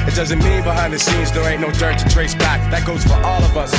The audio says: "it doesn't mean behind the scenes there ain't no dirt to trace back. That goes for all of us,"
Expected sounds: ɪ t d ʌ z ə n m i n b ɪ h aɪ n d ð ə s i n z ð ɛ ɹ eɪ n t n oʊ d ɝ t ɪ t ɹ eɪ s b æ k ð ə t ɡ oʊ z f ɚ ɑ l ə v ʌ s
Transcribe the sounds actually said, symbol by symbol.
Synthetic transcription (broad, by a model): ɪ t d ʌ z ə n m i b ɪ h aɪ n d ð ə s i z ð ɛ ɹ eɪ t n oʊ d ɝ t ɪ t ɹ eɪ s b æ k ð ə t ɡ oʊ z f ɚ ɑ l ə v ʌ s